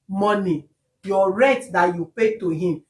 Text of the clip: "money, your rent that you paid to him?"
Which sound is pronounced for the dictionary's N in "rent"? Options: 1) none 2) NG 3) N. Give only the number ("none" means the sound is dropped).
1